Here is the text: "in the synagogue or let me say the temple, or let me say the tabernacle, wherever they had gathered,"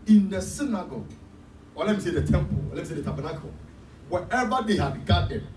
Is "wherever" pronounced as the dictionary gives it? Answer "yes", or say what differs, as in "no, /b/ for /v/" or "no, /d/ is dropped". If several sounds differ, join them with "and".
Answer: no, /ɹ/ is dropped